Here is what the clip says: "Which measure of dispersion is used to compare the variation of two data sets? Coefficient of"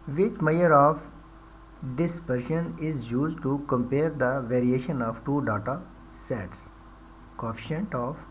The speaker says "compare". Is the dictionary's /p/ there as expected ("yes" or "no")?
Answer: yes